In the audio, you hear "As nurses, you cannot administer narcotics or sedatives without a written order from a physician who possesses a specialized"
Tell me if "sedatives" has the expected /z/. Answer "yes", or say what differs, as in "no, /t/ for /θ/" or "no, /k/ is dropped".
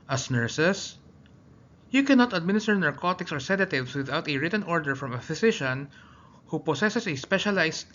no, /s/ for /z/